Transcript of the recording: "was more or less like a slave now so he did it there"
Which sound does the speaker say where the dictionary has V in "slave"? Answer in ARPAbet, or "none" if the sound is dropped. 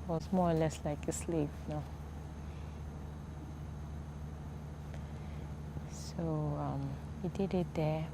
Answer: P